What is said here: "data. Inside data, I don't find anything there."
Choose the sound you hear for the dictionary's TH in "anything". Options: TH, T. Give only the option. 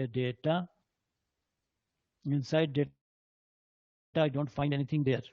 T